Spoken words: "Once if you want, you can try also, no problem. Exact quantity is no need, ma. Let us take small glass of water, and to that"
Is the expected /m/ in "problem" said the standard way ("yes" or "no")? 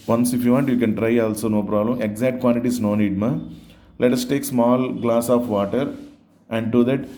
yes